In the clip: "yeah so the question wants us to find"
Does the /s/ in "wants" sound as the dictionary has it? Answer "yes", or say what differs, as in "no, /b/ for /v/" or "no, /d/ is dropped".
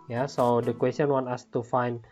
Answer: no, /s/ is dropped